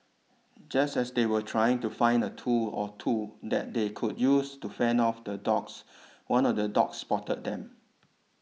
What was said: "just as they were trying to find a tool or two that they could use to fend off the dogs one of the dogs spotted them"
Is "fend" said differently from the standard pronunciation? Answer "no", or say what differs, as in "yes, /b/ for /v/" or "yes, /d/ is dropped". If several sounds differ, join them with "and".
yes, /d/ is dropped